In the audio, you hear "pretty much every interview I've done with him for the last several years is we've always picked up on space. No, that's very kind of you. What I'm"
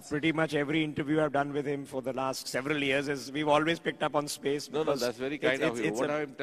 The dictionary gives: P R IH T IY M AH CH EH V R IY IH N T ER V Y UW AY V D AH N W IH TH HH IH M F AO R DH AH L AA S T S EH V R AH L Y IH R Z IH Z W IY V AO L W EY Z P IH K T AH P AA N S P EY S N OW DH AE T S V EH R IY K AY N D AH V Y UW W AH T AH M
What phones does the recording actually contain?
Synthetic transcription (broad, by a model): P R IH T IY M AH CH EH V R IY IH N T ER V Y UW AY V D AH N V IH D HH IH M F AO R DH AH L AA S T S EH V R AH L Y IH R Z IH Z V IY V AO L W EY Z P IH K T AH P AA N S P EY S N OW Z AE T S V EH R IY K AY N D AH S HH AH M